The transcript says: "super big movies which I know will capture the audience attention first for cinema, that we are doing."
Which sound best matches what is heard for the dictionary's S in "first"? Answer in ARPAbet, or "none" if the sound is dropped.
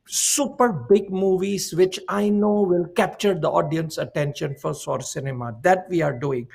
none